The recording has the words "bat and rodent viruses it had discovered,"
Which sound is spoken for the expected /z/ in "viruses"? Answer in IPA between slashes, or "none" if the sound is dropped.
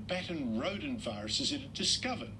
/z/